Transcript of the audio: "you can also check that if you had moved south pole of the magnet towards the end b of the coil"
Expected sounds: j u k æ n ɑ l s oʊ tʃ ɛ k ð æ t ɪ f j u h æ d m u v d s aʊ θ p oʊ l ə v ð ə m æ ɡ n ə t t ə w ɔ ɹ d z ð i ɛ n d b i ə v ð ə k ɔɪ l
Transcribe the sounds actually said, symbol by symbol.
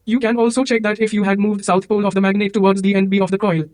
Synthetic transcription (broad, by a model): j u k æ n ɑ l s oʊ tʃ ɛ k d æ t ɪ f j u h æ d m u v d s aʊ t p oʊ l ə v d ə m æ ɡ n ə t t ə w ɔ ɹ d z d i ɛ n d b i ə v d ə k ɔɪ l